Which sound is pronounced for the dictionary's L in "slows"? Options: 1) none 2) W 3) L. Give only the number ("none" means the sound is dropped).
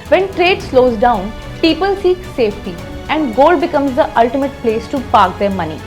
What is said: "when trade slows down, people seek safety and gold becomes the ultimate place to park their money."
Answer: 3